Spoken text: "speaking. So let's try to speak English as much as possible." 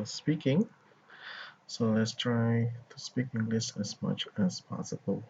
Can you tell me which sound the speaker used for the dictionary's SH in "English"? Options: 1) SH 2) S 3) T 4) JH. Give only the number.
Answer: 2